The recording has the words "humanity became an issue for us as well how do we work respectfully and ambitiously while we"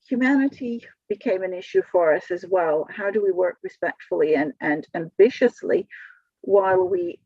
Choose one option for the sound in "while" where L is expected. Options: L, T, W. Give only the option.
W